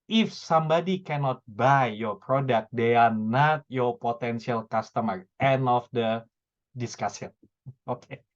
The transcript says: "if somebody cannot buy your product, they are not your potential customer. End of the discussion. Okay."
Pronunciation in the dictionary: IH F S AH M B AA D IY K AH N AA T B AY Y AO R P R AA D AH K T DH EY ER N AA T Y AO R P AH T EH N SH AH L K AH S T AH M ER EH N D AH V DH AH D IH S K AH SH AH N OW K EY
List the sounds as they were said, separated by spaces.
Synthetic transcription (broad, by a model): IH F S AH M B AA D IY K AH N AA T B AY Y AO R P R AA D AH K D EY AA N AA T Y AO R P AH T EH N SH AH L K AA S T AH M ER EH N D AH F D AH D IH S K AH S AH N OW K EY